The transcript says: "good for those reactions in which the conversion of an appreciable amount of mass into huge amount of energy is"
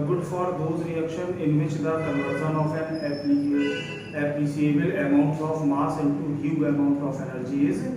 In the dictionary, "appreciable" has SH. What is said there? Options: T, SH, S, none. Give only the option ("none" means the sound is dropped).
S